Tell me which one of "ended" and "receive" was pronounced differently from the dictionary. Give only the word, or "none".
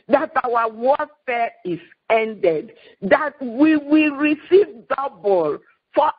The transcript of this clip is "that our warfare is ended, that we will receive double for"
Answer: none